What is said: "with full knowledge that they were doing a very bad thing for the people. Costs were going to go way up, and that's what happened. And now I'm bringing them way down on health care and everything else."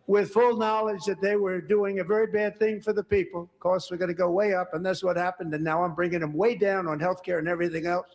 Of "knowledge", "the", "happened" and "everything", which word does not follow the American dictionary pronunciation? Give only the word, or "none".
none